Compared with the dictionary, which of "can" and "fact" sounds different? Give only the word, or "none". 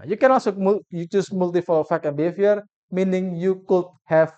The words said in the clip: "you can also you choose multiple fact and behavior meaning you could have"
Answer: fact